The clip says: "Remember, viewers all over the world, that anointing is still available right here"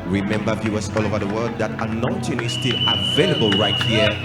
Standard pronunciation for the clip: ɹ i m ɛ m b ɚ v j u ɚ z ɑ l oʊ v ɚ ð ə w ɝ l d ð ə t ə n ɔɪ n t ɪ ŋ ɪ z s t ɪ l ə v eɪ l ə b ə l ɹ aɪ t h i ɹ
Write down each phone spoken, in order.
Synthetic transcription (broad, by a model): ɹ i m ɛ m b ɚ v j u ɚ s ɑ l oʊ v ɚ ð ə w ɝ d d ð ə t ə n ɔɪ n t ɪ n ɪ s t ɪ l ə v eɪ l ə b ə l ɹ aɪ t h i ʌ